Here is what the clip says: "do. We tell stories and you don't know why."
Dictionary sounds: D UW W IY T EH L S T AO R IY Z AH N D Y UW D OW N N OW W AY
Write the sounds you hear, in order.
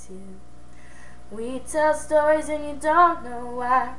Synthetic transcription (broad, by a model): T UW W IY T EH L S T AO R IY Z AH N Y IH D OW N N OW W AY